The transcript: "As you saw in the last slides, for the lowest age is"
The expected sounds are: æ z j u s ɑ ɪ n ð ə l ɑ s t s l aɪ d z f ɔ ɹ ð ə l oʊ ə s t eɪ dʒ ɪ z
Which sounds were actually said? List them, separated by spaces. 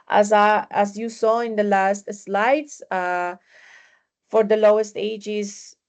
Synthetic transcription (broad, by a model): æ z j u s ɑ ɪ n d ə l ɑ s t s l aɪ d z f ɔ ɹ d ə l oʊ ə s t eɪ dʒ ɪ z